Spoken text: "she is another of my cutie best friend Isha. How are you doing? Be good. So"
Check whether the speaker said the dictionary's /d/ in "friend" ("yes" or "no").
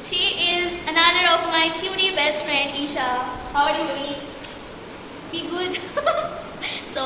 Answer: yes